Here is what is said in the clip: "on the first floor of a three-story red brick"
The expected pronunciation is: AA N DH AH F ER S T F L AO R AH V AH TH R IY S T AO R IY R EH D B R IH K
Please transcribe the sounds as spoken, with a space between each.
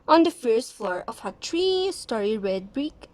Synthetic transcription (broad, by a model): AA N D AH F ER S T F L AO R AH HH AH T R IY S T AO R IY R EH D B R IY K